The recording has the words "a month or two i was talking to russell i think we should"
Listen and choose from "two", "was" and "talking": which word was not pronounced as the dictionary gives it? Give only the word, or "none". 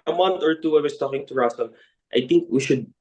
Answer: was